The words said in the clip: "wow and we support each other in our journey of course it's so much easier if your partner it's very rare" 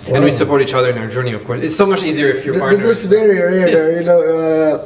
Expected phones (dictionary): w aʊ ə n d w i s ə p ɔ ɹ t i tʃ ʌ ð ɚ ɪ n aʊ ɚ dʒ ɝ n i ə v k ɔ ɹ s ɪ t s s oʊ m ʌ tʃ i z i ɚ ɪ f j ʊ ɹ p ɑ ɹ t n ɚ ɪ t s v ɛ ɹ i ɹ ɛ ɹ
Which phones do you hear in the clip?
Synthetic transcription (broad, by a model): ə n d w i s ə p ɔ ɹ t i tʃ ʌ ð ɚ ɪ n aʊ ɚ dʒ ɝ n i ə v k ɔ ɹ s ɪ t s s oʊ m ʌ tʃ i z i ɚ ɪ f j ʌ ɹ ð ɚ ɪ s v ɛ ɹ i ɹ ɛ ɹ